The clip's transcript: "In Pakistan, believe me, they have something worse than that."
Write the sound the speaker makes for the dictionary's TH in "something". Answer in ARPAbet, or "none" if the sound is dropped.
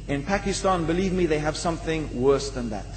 TH